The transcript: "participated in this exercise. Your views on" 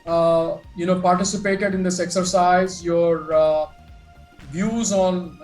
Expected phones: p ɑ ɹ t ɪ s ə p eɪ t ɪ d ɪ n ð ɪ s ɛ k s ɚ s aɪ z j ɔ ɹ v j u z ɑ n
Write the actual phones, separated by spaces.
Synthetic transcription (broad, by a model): p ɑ ɹ t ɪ s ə p eɪ t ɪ d ɪ n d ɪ s ɛ k s ɚ s aɪ z j ɔ ɹ v j u z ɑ n